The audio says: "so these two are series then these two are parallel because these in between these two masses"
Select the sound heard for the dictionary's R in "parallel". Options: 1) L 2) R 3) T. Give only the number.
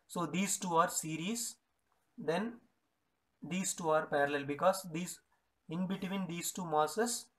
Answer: 2